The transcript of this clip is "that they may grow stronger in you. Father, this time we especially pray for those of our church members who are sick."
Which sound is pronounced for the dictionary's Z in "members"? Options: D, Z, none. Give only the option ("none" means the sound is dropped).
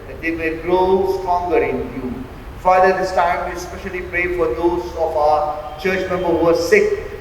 none